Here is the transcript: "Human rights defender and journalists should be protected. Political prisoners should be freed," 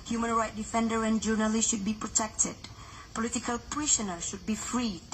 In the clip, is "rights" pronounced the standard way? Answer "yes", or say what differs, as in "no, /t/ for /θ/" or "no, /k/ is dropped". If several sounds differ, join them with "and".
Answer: no, /s/ is dropped